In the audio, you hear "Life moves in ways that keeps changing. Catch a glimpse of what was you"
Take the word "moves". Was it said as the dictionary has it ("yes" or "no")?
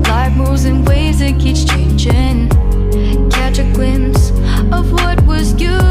no